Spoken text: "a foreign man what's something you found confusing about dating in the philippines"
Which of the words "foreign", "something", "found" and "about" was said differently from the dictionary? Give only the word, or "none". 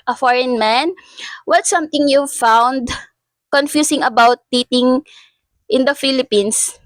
something